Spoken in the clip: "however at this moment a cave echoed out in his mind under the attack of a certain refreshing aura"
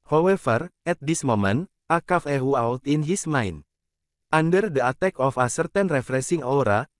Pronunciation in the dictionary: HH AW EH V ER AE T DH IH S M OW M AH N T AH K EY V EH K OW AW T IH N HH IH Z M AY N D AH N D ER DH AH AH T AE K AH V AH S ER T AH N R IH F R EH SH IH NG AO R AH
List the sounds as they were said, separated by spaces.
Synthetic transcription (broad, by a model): HH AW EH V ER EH T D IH S M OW M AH N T AH K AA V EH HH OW AW T IH N HH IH S M AY N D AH N D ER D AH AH T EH K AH F AH S ER T AH N R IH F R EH S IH NG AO R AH